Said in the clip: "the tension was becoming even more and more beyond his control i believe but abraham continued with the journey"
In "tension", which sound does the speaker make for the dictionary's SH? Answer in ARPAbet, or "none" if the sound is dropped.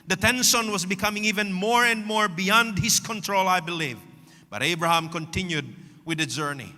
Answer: S